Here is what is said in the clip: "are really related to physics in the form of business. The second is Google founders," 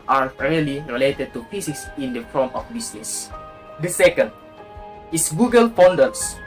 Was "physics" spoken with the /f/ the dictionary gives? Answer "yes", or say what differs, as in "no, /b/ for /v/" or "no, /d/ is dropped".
no, /p/ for /f/